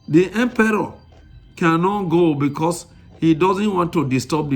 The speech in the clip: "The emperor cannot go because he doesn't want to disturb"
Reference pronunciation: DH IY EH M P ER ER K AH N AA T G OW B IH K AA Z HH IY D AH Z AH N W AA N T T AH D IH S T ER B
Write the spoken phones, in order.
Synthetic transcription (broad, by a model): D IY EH M P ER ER K AH N AA T G OW B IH K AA S HH IY D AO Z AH N W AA N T T AH D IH S T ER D